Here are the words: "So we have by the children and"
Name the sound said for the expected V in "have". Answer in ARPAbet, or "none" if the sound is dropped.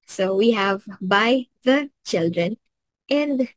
V